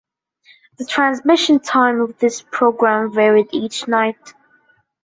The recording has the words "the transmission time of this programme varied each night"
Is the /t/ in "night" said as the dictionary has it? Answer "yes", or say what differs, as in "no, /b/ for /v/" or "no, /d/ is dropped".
yes